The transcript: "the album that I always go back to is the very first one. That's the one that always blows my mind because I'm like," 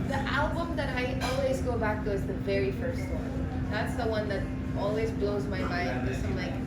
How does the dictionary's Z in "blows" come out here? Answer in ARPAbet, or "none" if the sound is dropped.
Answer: Z